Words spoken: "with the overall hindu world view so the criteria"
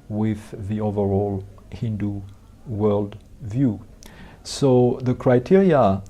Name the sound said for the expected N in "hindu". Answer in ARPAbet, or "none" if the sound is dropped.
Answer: N